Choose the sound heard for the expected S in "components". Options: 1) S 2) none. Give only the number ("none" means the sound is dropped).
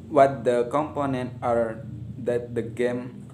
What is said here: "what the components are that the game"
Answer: 2